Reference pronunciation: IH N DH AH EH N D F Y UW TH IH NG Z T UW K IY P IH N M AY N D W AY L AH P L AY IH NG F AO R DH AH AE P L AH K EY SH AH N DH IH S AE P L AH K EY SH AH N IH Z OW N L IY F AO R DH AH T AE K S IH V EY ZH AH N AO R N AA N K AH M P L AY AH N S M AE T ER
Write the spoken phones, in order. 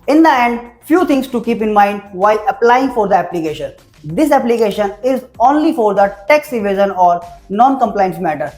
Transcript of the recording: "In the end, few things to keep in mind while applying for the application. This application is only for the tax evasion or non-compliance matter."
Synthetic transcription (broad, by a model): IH N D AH EH N D F Y UW T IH NG S T UW K IY P IH N M AY N D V AY L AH P L AY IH NG F AO R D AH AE P L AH K EY SH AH N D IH S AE P L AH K EY SH AH N IH Z OW N L IY F AO R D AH T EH K S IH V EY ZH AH N AO R N AA N K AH M P L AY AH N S M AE T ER